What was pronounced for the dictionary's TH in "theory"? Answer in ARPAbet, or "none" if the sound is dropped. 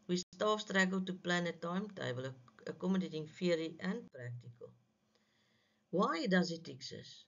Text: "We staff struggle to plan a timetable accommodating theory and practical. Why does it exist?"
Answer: F